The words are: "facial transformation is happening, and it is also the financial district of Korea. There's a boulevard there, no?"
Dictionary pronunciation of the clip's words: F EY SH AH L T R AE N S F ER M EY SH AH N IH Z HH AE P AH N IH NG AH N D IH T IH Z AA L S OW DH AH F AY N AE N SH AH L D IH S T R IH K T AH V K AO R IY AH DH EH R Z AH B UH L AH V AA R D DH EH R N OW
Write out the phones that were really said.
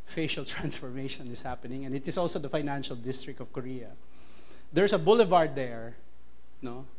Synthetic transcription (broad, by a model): F EY SH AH L T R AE N S F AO M EY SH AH N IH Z HH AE P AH N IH NG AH N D IH T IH S AA L S OW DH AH F AY N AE N SH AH L D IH S T R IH K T AH V K AO R IY AH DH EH R S AH B UH L AH V AA R D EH R N OW